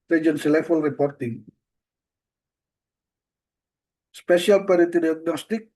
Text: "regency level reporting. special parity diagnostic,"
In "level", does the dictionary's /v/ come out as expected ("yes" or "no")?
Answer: no